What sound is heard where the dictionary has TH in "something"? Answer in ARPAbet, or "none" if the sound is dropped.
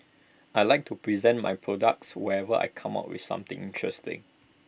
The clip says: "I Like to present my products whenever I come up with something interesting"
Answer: T